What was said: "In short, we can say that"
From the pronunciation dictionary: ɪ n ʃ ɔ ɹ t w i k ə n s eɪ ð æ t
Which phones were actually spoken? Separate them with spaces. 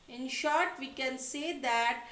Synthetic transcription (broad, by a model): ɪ n ʃ ɔ ɹ t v i k ə n s eɪ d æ t